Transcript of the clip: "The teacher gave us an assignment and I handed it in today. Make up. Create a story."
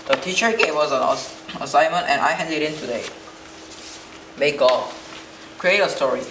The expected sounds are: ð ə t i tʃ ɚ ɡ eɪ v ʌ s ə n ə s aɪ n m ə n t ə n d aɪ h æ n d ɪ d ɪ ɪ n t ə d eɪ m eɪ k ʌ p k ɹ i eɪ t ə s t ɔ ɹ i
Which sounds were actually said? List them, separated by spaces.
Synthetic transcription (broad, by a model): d ə t i tʃ ɚ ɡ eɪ w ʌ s ə n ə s aɪ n m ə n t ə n aɪ h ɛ n d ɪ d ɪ ɪ n t ə d eɪ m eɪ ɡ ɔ k ɹ i eɪ t ə s t ɔ ɹ i